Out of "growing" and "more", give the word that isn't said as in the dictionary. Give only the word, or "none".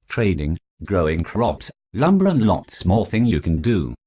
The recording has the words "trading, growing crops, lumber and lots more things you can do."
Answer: more